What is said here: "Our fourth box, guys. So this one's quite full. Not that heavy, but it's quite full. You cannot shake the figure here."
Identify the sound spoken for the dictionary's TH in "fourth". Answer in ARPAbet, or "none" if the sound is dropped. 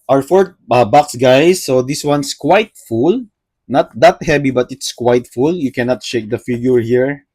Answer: T